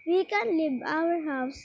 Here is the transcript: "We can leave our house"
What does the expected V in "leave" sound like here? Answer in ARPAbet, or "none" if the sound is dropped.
B